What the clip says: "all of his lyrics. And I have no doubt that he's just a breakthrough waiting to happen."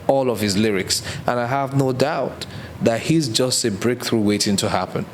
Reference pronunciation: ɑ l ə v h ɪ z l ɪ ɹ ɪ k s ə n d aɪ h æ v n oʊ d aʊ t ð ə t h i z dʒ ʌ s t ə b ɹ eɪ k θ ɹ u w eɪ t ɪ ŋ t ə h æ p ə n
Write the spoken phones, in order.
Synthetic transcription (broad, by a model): ɑ l ə v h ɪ z l ɪ ɹ ɪ k s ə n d aɪ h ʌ v n oʊ d aʊ t ð ə t h i z dʒ ʌ s t ə b ɹ eɪ k θ ɹ u w eɪ t ɪ ŋ t ə h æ p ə n